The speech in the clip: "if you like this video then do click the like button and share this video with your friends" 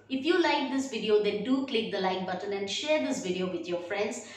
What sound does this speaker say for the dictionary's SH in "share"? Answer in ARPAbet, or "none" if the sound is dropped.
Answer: SH